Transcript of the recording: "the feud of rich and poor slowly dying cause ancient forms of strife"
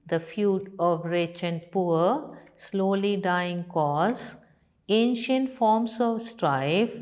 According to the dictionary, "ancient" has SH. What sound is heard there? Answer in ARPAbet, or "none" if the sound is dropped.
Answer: SH